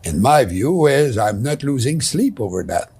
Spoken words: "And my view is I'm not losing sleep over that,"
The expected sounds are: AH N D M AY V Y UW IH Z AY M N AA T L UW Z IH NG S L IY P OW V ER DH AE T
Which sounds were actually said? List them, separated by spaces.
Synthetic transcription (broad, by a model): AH N M AY V Y UW IH Z AY M N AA T L UW Z IH NG S L IY P OW V ER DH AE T